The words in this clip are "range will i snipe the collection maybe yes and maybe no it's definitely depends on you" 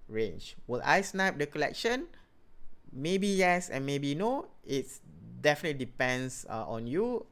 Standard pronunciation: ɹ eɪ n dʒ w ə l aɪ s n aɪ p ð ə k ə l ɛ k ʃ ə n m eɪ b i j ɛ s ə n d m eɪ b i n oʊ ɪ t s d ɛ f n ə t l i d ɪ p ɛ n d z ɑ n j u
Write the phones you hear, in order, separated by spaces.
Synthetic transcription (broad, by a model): ɹ eɪ n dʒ w ə l aɪ s n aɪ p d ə k ə l ɛ k ʃ ə n m eɪ b i j ɛ s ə n m eɪ b i n oʊ ɪ t s d ɛ f n ə t l i d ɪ p ɛ n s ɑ ɑ n j u